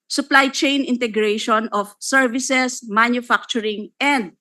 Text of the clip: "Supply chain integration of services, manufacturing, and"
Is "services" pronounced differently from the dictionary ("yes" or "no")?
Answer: yes